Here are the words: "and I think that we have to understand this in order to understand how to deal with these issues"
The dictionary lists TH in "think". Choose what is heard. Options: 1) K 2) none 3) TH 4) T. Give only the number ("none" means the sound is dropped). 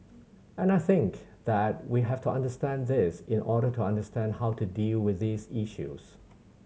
3